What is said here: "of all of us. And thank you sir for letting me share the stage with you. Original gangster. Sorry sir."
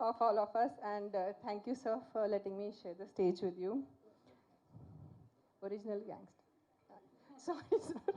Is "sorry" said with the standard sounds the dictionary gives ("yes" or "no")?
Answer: no